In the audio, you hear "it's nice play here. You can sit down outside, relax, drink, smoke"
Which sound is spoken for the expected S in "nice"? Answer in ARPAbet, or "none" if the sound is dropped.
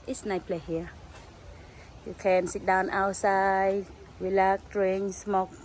none